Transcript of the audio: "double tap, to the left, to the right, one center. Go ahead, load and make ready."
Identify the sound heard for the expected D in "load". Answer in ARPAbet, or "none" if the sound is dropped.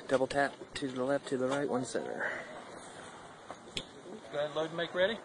none